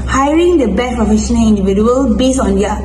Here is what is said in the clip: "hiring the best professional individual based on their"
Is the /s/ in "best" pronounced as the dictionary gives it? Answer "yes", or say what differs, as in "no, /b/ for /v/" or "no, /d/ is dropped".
no, /s/ is dropped